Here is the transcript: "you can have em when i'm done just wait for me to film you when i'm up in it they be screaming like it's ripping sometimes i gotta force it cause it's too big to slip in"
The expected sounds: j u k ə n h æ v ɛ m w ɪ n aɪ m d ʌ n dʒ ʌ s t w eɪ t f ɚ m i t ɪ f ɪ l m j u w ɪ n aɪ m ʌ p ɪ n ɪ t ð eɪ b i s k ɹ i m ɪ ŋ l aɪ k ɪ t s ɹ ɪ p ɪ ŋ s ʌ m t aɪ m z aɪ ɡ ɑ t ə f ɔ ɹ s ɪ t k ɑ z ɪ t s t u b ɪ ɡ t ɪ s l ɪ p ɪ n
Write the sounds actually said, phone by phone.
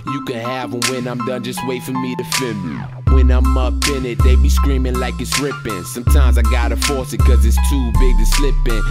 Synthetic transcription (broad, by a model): j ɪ k ə n h æ v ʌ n w ɪ n aɪ m d ʌ n dʒ ʌ s t w eɪ t f ɚ m i t ɪ f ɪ m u w ɪ n aɪ m ʌ p ɪ n ɪ t ð eɪ b i s k ɹ i m ɪ ŋ l aɪ k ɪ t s ɹ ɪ p ɪ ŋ s ʌ m t aɪ m z aɪ ɡ ɑ t ə f ɔ ɹ s ɪ t k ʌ z ɪ t s t u b ɪ ɡ t ɪ s l ɪ p ɪ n